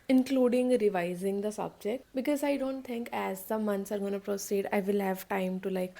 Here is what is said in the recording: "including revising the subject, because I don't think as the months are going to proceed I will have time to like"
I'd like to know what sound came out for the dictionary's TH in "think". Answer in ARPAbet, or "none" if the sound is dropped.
T